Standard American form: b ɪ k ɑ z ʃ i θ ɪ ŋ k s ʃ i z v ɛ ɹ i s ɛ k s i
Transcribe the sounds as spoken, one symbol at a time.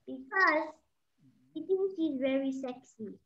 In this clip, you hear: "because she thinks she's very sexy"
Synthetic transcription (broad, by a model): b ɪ k ɑ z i t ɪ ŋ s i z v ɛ ɹ i s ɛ k s i